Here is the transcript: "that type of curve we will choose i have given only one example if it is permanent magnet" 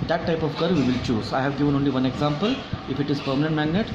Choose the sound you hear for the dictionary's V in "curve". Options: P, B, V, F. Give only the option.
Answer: V